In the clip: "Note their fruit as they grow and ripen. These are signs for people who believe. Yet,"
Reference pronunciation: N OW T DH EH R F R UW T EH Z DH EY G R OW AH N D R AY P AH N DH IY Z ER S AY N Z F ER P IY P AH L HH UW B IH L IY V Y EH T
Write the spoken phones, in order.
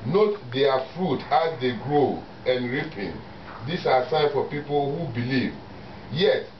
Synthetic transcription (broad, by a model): N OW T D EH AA F R UW T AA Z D EY G R OW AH N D R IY P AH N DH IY S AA S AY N F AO P IY P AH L HH UW B IH L IY V Y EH T